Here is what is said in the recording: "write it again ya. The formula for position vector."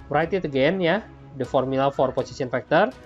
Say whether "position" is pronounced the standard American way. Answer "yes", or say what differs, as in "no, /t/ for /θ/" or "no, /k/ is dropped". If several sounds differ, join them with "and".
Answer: no, /s/ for /z/ and /s/ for /ʃ/